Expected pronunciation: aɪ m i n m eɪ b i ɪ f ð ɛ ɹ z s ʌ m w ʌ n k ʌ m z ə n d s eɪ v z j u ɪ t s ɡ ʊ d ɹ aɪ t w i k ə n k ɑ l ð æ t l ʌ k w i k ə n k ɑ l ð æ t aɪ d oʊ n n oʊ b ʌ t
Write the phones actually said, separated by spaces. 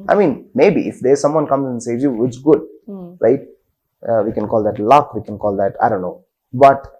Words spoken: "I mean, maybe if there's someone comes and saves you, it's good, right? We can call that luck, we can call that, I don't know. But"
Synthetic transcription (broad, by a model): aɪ m i n m eɪ b i ɪ f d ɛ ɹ s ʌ m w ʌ n k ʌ m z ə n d s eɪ z j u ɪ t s ɡ ʊ d ɹ aɪ t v i k ə n k ɑ l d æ t l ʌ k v i k ə n k ɑ l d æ t aɪ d oʊ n n oʊ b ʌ t